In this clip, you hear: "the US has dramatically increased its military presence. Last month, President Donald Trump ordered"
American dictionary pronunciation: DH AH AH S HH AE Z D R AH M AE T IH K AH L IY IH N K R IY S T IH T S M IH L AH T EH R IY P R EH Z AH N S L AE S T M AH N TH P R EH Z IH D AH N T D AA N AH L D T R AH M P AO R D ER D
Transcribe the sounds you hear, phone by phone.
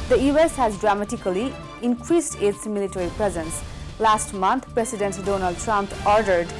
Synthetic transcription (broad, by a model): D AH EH S HH AE Z D R AH M AE T IH K AH L IY IH N K R IY S T IH T S M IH L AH T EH R IY P R EH Z AH N S L AE S T M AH N T P R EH S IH D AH N T D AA N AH L D T R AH M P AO R D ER D